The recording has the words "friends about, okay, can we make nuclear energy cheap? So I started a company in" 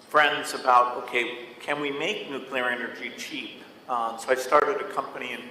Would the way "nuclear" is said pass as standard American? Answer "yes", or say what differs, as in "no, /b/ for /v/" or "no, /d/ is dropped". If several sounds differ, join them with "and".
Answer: yes